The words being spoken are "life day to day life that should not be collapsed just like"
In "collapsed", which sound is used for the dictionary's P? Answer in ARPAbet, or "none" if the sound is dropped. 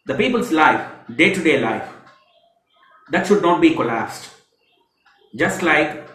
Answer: none